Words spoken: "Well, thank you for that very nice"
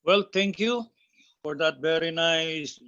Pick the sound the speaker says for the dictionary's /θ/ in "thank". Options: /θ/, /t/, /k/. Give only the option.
/t/